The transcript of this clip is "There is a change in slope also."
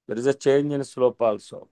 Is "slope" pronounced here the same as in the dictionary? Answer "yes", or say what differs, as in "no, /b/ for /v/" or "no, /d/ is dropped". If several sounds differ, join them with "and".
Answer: yes